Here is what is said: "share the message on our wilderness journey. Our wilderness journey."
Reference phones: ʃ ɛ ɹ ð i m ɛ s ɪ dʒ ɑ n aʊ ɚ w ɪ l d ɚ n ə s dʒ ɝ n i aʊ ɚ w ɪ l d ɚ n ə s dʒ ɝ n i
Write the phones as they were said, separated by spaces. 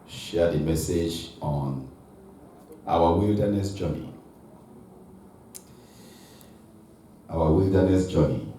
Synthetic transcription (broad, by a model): ʃ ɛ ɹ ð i m ɛ s ɪ dʒ ɑ n aʊ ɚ w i l d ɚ n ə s dʒ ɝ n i aʊ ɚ w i l d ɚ n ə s dʒ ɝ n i